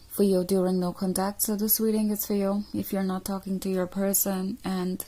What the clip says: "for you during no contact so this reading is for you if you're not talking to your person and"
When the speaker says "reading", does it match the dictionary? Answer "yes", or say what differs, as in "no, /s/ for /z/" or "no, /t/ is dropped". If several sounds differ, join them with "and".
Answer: no, /w/ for /ɹ/